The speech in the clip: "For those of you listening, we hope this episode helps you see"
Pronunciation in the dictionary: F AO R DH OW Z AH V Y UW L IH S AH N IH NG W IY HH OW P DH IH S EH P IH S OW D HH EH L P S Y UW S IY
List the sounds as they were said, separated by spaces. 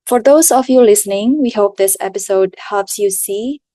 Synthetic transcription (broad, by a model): F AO R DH OW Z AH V Y UW L IH S AH N IH NG W IY HH OW P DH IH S EH P IH S OW D HH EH P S Y UW S IY